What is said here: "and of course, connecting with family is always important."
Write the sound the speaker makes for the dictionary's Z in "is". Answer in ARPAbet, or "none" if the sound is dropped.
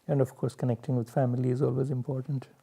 Z